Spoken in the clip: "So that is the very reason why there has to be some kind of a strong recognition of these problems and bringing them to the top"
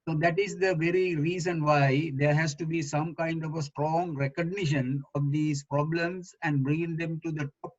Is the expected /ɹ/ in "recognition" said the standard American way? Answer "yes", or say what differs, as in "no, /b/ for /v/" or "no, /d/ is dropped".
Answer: yes